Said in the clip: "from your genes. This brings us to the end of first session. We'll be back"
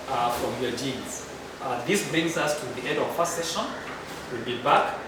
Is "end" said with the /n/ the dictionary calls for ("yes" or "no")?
no